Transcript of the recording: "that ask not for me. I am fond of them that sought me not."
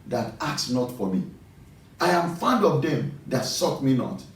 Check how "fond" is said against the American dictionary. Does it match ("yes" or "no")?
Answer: yes